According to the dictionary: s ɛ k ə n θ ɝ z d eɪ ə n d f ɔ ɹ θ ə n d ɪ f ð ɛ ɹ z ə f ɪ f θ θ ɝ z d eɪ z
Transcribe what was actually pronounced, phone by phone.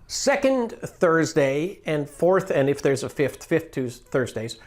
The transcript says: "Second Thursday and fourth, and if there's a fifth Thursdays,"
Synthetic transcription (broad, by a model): s ɛ k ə n θ ɝ z d eɪ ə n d f ɔ ɹ θ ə n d ɪ f ð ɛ ɹ z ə f ɪ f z θ ɝ z d eɪ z